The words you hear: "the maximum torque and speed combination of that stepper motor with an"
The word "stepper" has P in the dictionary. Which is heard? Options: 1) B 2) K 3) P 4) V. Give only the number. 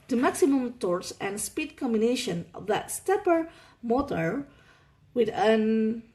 3